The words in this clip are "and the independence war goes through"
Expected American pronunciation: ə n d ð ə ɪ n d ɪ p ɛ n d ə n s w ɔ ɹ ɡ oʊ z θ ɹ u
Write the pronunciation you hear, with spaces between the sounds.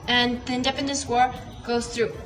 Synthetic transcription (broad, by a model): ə n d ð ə ɪ n d ɪ p ɛ n d ə n s w ɔ ɹ ɡ oʊ z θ ɹ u